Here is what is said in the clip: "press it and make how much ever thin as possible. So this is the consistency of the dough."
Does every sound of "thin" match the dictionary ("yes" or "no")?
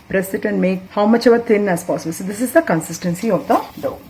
no